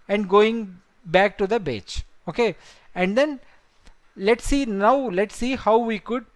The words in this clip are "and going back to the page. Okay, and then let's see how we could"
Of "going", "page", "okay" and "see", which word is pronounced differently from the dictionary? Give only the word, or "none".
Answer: page